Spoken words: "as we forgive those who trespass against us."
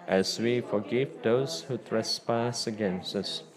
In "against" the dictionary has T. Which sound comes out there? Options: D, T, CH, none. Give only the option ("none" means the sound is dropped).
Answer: T